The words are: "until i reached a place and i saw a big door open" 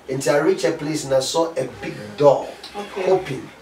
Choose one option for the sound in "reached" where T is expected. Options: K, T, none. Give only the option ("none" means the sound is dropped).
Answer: none